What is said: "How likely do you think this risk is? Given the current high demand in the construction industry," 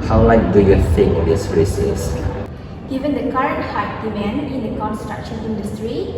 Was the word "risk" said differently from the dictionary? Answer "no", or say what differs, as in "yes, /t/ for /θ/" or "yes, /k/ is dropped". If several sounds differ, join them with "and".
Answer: yes, /k/ is dropped